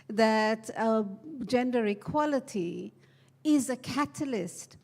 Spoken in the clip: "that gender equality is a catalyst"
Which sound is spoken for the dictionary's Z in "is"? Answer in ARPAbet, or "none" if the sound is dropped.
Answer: Z